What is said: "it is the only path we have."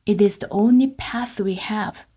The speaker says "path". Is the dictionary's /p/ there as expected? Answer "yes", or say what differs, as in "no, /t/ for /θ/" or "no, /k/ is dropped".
yes